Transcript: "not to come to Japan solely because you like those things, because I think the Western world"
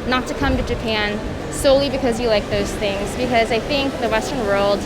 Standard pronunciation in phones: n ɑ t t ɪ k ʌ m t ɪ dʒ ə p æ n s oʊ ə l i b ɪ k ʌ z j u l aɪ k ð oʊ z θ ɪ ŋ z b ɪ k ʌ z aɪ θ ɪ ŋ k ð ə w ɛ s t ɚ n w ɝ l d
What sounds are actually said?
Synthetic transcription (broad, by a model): n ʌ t t ɪ k ʌ m t ɪ dʒ ə p æ n s oʊ ə l i b ɪ k ʌ z j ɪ l aɪ k ð oʊ z θ ɪ ŋ z b ɪ k ʌ z aɪ θ ɪ ŋ k ð ə w ɛ s t ɚ n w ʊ l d